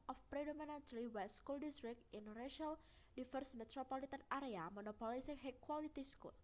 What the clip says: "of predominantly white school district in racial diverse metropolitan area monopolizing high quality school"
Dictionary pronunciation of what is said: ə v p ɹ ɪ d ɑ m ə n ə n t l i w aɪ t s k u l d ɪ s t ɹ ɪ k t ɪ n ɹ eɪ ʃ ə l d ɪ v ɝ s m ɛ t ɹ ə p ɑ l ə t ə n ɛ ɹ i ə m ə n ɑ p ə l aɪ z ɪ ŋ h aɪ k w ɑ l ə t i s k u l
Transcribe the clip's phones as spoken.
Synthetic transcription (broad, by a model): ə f p ɹ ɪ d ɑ m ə n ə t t i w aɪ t s k u l d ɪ s t ɹ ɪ k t ɪ n ɹ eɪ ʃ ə l d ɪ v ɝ s m ɛ t ɹ ə p ɑ l ə t ə n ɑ ɹ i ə m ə n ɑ p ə l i s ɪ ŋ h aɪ k w ɑ l ə t i s k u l